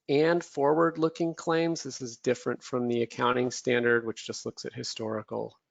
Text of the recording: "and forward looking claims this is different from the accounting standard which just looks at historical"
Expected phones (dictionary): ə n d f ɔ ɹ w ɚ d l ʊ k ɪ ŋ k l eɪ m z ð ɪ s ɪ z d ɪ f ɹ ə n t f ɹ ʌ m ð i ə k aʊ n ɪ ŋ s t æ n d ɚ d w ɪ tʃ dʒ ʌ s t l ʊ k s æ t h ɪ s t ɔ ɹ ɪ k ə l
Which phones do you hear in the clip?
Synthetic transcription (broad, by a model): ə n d f ɔ ɹ w ɚ d l ʊ k ɪ ŋ k l eɪ m z ð ɪ s ɪ z d ɪ f ɹ ə n t f ɹ ʌ m ð i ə k aʊ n ɪ ŋ s t æ n d ɚ d w ɪ tʃ dʒ ʌ s t l ʊ k s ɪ t h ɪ s t ɔ ɹ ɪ k l